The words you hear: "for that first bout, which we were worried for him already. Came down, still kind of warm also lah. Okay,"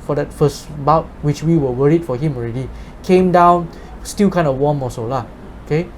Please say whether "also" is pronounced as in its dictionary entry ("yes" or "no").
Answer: no